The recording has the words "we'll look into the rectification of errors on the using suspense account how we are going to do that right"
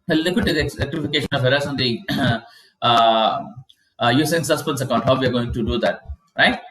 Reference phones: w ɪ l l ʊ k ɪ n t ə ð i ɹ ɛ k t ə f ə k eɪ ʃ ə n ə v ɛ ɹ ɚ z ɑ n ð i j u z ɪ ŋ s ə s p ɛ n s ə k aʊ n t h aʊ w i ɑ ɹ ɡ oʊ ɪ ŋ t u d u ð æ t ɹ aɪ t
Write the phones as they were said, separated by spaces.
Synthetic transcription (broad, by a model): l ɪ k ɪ t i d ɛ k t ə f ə k eɪ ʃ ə n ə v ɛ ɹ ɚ s ɑ n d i j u s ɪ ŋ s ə s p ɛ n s ə k aʊ n t h aʊ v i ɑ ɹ ɡ oʊ ɪ ŋ t u d u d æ t ɹ aɪ t